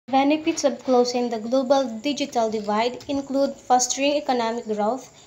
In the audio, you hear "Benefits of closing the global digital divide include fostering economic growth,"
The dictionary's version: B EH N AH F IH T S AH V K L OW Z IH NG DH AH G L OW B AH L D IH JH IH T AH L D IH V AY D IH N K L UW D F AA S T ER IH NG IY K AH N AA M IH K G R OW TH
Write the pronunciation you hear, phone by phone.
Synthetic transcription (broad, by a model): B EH N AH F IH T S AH B K L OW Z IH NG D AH G L OW B AH L D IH JH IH T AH L D IH V AY D IH N K L UW D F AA S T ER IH NG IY K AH N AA M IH K G R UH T